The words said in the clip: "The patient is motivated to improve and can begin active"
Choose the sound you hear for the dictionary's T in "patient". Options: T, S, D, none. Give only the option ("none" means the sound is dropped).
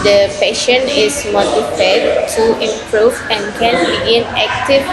none